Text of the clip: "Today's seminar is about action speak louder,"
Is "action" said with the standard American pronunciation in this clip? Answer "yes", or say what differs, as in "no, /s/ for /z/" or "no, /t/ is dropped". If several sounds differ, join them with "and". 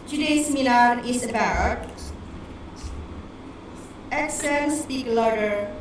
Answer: no, /s/ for /ʃ/